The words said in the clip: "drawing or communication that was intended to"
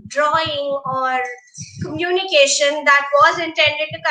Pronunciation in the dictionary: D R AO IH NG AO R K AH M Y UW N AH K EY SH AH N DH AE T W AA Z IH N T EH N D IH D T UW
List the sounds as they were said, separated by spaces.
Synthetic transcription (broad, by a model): D R AO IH NG AO R K AH M Y UW N AH K EY SH AH N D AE T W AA Z IH N T EH N D IH D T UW